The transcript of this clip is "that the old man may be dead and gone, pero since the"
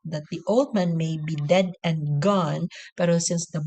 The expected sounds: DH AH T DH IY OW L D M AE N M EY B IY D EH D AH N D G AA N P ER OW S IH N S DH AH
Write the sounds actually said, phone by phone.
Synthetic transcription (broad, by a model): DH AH T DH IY OW L D M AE N M EY B IY D EH D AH N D G AA N P ER OW S IH N S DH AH